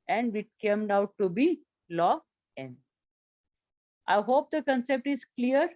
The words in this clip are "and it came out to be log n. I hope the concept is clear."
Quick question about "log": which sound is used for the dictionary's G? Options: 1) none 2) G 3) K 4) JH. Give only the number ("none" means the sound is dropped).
1